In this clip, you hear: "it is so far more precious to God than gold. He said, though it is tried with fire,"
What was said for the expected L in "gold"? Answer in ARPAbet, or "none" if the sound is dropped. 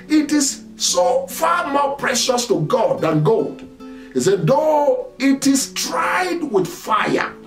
L